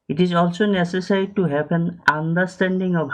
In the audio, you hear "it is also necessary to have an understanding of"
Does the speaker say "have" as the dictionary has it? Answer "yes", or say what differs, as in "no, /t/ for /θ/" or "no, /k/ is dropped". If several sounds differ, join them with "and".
no, /p/ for /v/